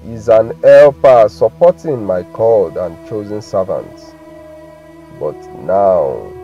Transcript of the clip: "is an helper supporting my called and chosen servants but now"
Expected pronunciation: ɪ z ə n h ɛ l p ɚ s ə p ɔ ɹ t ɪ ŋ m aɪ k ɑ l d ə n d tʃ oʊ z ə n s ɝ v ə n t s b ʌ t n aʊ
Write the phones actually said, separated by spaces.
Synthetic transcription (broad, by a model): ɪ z ə n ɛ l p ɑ s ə p ɔ t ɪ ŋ m aɪ k ɑ l d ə n tʃ oʊ z ə n s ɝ v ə n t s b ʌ t n aʊ